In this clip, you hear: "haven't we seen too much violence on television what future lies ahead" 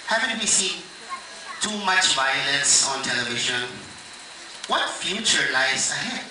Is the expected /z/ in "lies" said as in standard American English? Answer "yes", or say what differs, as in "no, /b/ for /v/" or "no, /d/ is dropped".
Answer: no, /s/ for /z/